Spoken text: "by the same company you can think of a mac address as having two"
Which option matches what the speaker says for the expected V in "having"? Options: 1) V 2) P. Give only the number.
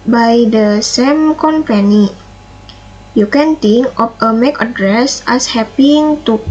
2